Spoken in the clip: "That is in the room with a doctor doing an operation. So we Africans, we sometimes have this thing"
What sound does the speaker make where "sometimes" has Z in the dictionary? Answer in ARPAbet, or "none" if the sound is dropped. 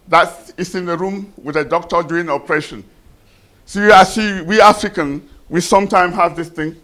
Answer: none